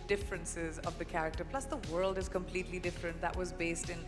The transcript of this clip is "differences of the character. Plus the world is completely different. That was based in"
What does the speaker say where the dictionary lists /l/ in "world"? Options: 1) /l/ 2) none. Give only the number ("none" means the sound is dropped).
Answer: 1